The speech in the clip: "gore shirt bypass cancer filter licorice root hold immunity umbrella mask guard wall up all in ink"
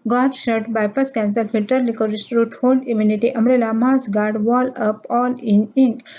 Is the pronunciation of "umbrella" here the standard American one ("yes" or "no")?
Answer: no